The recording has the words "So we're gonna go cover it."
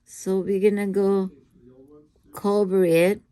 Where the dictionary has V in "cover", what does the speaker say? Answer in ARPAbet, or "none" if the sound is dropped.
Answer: B